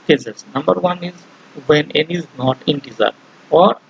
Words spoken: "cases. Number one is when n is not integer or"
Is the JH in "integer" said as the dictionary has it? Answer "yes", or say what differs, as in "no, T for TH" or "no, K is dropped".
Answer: no, Z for JH